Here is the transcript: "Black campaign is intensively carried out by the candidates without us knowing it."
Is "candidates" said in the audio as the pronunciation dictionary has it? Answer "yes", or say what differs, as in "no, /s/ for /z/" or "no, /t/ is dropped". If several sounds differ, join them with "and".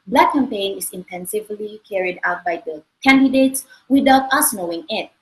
yes